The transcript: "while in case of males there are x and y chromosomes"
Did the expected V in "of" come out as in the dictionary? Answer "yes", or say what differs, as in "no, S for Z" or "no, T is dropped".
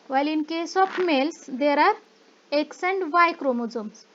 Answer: no, P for V